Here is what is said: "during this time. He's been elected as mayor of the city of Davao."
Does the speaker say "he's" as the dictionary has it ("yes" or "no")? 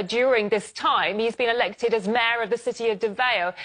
yes